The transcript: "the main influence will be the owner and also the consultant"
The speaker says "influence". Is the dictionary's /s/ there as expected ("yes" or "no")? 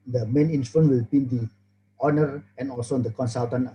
no